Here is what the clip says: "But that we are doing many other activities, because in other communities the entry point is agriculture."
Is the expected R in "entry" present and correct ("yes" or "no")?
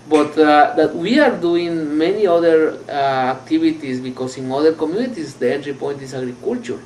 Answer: yes